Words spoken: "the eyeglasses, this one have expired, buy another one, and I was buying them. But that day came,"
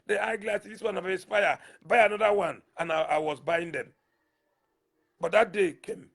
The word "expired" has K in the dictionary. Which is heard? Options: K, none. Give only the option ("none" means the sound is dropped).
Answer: none